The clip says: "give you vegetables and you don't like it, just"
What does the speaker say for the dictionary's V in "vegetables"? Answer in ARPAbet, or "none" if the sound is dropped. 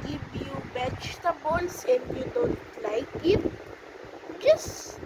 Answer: B